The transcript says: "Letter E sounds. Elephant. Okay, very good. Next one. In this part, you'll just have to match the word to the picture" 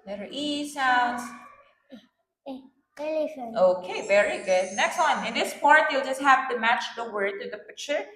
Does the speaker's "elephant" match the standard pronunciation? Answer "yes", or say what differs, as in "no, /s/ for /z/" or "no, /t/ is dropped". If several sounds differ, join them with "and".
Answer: no, /f/ is dropped